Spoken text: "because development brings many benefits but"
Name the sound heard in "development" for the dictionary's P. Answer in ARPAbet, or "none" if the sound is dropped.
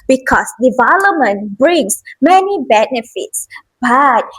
none